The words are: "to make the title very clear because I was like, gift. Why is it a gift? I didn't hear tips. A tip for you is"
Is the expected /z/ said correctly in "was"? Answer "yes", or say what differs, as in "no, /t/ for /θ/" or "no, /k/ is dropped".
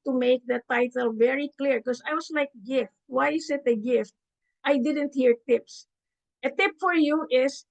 no, /s/ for /z/